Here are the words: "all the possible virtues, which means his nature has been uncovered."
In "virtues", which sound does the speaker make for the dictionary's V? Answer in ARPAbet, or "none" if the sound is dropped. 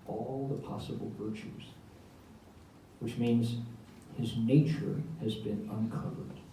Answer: V